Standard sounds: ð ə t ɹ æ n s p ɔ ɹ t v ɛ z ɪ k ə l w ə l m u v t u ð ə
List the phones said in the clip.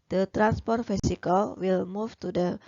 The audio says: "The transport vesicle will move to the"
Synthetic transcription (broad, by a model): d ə t ɹ æ n s p ɔ ɹ t f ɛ s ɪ k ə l w ə l m u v t u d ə